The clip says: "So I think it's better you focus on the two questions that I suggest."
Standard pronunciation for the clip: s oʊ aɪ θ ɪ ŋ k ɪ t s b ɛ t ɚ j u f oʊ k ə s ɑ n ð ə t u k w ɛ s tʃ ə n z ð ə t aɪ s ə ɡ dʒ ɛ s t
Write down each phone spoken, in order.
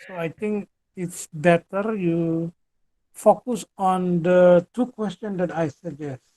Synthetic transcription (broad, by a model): s oʊ aɪ t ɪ ŋ k ɪ t s b ɛ t ɚ j u f oʊ k ə s ɑ n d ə t u k w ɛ s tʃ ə n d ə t aɪ s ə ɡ dʒ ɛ s t